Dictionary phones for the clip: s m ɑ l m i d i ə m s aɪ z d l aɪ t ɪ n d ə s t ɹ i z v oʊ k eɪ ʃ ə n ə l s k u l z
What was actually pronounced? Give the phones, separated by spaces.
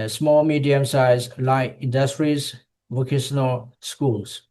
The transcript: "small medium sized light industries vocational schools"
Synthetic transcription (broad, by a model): s m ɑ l m i d i ə m s aɪ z l aɪ ɪ n d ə s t ɹ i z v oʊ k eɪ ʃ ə n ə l s k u l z